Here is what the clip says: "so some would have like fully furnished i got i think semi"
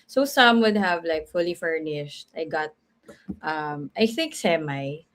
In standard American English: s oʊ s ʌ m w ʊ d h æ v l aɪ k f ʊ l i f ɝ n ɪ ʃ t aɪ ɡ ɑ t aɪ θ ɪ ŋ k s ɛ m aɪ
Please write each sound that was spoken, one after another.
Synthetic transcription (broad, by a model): s oʊ s ʌ m w ʊ d h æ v l aɪ k f ʊ l i f ɝ n ɪ ʃ t aɪ ɡ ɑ t aɪ θ ɪ ŋ k s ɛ m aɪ